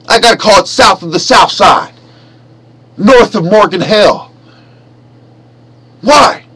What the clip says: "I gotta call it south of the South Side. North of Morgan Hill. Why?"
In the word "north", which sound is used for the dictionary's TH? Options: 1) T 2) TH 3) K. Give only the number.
2